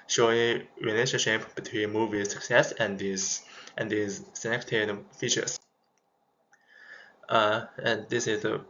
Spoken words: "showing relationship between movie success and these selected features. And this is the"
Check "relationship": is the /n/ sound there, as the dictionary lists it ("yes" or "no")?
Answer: no